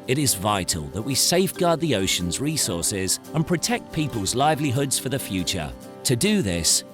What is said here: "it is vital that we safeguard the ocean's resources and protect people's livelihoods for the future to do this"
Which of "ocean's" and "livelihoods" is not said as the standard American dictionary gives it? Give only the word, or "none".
none